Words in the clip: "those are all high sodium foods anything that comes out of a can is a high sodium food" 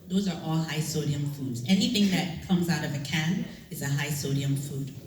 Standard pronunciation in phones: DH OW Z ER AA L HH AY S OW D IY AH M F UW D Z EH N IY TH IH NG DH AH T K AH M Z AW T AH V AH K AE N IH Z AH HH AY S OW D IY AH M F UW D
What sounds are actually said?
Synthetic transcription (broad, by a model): DH OW Z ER AA L HH AY S OW D IY AH M F UW D Z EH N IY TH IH NG DH AH T K AH M Z AW T AH V AH K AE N IH Z AH HH AY S OW D IY AH M F UW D